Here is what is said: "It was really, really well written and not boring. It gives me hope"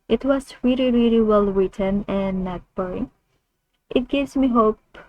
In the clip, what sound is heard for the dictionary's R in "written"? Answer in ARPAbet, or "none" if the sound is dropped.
W